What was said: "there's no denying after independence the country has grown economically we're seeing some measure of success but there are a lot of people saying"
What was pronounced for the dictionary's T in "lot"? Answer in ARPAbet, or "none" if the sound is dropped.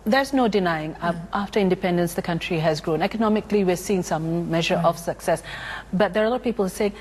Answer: none